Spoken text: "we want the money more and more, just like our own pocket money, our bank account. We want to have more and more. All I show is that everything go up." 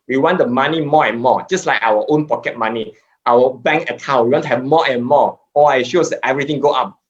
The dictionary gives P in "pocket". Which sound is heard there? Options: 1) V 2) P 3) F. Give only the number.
2